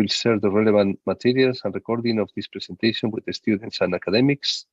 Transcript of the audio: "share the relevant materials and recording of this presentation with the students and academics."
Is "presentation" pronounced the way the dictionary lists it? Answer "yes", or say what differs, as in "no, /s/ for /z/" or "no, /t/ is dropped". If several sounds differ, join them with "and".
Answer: no, /s/ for /z/